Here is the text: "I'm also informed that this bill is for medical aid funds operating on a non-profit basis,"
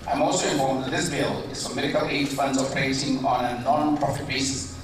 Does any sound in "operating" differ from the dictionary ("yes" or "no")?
yes